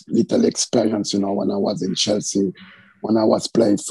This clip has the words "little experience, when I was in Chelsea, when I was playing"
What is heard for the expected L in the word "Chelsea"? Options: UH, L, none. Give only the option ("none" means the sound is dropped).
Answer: L